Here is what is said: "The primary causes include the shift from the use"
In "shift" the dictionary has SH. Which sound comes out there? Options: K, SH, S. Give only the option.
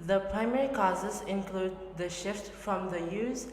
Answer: SH